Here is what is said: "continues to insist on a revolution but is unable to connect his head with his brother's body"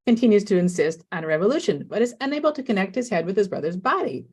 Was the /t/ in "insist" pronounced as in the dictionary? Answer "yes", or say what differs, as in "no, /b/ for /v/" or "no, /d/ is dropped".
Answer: yes